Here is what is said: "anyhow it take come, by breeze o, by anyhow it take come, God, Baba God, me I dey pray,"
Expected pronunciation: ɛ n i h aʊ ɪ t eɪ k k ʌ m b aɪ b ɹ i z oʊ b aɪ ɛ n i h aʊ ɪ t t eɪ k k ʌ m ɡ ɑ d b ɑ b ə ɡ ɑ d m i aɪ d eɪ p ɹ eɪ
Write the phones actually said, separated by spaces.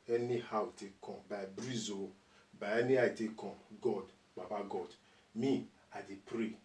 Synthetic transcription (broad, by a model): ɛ n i h aʊ t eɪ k k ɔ m b aɪ b ɹ i z oʊ b aɪ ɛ n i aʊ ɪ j t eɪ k k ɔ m ɡ ɑ d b ɑ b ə ɡ ɑ d m i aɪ d eɪ p ɹ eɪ